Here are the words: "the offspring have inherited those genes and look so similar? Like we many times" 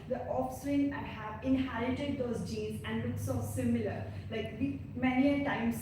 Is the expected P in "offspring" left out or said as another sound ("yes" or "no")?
yes